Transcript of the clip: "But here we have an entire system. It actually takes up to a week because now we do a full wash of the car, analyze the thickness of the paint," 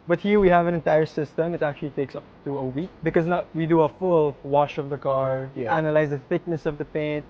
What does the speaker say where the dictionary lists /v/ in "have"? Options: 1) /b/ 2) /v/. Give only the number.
2